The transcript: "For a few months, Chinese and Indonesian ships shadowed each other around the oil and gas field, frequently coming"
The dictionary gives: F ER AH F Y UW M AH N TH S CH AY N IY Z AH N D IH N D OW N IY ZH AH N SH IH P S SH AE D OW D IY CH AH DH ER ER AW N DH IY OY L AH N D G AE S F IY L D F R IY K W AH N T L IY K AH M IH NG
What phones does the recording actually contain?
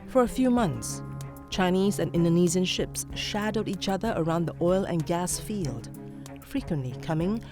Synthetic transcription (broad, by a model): F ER AH F Y UW M AH N TH S CH AY N IY Z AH N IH N D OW N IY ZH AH N SH IH P S SH AE D OW D IY CH AH DH ER ER AW N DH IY OY L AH N G AE S F IY L D F R IY K W AH N T L IY K AH M IH NG